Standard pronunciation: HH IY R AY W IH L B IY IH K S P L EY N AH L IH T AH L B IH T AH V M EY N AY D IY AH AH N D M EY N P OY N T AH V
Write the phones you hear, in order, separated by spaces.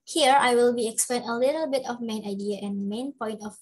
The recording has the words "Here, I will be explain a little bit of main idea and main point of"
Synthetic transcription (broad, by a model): HH IY R AY W IH L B IY IH K S P L EY N AH L IH T AH L B IH T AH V M EY N AY D IY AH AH N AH M EY N P OY N T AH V